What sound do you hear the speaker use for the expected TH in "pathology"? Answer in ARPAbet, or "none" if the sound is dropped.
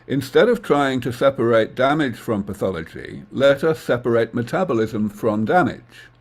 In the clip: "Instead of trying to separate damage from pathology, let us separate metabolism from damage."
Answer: TH